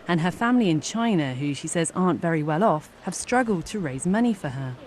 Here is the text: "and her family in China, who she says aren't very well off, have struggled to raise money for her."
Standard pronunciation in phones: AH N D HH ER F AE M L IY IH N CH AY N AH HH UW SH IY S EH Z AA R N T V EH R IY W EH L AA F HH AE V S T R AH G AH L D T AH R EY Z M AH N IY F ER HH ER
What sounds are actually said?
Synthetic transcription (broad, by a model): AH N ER F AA M L IY IH N CH AY N AH HH UW SH IY S EH Z AA N T V EH R IY W EH L AA F HH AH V S T R AH G AH L D T AH R EY Z M AH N IY F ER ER